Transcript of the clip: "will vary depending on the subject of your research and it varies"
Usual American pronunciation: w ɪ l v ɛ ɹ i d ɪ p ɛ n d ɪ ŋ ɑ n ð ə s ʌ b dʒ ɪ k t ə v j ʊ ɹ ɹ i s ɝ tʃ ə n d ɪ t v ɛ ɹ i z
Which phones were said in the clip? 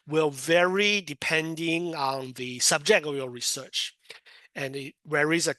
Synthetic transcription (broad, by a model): w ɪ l v ɛ ɹ i d ɪ p ɛ n d ɪ ŋ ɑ n ð ə s ʌ b dʒ ɪ k t ə v j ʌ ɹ ɹ i s ɝ tʃ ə n ɪ t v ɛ ɹ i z